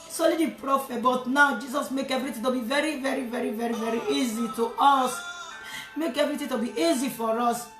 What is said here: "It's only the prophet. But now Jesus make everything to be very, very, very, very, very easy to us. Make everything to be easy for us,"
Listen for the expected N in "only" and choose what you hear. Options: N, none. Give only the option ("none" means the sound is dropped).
none